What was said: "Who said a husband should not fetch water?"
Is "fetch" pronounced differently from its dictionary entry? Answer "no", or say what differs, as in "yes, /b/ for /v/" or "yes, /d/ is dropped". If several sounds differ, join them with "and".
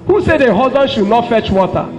no